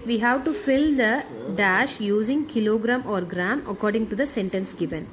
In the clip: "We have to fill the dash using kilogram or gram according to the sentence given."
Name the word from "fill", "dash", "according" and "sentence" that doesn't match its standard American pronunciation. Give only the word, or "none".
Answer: none